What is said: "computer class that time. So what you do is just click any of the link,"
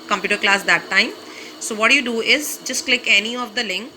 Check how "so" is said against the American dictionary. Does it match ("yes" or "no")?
yes